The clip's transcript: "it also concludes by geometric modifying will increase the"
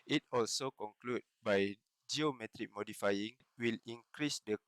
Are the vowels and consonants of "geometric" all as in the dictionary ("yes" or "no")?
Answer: yes